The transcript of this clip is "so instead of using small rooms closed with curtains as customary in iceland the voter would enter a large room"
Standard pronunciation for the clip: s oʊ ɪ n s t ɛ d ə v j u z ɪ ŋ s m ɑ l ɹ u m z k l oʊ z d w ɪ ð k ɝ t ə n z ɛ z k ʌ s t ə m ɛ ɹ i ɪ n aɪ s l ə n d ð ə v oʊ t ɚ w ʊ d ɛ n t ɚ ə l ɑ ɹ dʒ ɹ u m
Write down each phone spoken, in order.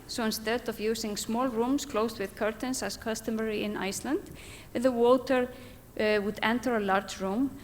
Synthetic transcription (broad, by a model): s oʊ ɪ n s t ɛ d ə v j u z ɪ ŋ s m ɑ l ɹ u m s k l oʊ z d w ɪ ð k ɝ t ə n s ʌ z k ʌ s t ə m ɛ ɹ i ɪ n aɪ s l ə n d ð ə w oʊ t ɚ w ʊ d ɛ n t ɚ ə l ɑ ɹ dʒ ɹ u m